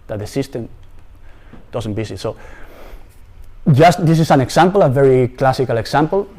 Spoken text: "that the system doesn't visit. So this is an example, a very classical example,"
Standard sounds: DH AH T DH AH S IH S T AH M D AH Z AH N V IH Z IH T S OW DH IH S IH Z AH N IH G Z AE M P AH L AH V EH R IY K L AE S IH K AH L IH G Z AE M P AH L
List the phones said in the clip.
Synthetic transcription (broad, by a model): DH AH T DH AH S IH S T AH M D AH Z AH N B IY S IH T S OW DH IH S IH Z AH N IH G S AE M P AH L AH V EH R IY K L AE S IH K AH L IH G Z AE M P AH L